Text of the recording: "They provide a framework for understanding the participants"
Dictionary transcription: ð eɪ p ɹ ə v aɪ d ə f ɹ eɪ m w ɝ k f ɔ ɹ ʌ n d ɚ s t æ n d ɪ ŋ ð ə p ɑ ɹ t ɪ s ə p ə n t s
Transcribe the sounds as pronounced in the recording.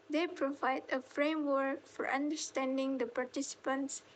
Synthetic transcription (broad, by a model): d eɪ p ɹ ə v aɪ d ə f ɹ eɪ m w ɝ k f ɔ ɹ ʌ n d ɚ s t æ n d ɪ ŋ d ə p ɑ ɹ t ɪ s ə p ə n t s